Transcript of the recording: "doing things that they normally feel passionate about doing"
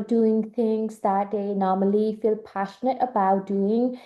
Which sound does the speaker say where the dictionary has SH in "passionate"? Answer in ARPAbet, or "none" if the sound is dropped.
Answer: SH